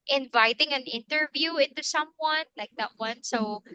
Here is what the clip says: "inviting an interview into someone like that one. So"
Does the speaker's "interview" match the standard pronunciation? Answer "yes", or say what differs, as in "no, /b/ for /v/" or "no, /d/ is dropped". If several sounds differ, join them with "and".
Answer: yes